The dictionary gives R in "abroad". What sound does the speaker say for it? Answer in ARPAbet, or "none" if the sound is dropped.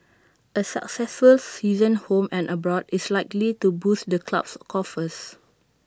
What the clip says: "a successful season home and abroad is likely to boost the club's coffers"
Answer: R